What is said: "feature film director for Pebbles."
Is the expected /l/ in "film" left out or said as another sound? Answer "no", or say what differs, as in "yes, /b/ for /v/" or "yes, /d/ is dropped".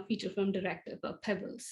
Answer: yes, /l/ is dropped